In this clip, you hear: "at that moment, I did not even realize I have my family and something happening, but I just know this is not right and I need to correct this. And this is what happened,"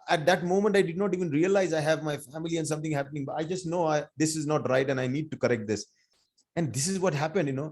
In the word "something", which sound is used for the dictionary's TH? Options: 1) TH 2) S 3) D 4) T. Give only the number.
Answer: 4